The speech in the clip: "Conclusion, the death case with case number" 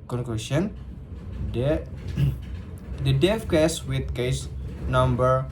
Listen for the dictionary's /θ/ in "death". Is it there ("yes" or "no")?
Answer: no